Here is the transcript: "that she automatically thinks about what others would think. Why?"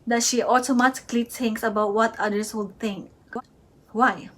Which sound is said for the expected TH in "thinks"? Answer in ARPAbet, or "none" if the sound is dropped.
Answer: T